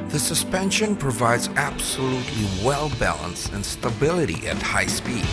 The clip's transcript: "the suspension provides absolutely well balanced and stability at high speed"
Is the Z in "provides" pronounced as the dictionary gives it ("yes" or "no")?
yes